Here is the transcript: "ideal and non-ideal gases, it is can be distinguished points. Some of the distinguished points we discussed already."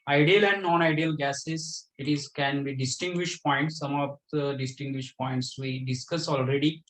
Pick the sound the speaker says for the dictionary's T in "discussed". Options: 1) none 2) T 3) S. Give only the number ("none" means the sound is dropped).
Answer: 1